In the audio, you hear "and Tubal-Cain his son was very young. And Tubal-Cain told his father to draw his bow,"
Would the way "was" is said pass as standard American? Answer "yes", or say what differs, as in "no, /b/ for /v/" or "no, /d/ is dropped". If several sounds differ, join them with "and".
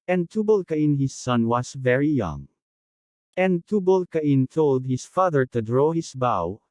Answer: no, /s/ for /z/